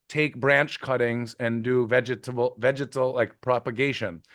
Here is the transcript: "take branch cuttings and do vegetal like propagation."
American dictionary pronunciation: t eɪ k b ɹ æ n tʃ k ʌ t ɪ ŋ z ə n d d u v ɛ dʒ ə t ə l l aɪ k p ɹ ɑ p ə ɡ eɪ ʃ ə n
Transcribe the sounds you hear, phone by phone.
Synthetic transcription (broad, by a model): t eɪ k b ɹ æ n tʃ k ʌ t ɪ ŋ z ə n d d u v ɛ dʒ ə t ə l l aɪ k p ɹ ɑ p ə ɡ eɪ ʃ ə n